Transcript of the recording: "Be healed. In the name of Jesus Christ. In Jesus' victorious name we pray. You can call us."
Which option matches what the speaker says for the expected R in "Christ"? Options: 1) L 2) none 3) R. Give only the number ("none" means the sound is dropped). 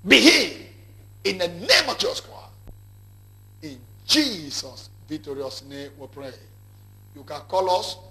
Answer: 2